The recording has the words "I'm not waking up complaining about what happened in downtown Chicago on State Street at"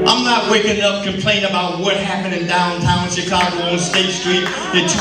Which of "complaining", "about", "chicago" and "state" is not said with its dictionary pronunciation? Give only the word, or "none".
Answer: complaining